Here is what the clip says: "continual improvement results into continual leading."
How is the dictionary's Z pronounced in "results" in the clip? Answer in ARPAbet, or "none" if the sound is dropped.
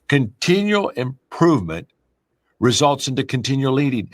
Z